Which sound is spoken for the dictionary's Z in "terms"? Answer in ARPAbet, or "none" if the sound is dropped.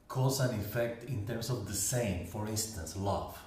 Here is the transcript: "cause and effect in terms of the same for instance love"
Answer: S